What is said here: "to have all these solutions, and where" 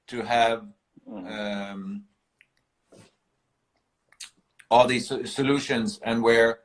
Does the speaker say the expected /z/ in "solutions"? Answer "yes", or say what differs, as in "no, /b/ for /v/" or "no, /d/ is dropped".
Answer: yes